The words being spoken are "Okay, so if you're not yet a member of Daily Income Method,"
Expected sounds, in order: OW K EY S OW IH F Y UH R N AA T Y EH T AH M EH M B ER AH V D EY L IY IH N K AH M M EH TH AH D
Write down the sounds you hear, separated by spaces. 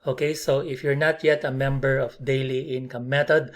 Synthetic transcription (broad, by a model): OW K EY S OW IH F Y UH R N AA T Y EH T AH M EH M B ER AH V D EY L IY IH N K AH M M EH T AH D